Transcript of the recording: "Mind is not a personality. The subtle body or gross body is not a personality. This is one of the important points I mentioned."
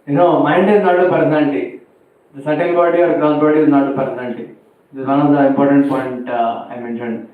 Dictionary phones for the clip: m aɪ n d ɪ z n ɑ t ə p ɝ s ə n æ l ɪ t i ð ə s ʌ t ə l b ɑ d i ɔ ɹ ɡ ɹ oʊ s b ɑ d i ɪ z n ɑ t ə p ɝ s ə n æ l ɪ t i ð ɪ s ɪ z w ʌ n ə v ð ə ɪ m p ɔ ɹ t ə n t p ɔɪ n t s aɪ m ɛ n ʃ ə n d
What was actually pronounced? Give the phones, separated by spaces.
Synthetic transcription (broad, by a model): m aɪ n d ɪ z n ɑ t ə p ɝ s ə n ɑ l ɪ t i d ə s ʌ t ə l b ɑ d i ɔ ɹ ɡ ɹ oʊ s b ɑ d i ɪ z n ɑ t ə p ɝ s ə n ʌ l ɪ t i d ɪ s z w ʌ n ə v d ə ɪ m p ɔ ɹ t ə n t p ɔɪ n t aɪ m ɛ n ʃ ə n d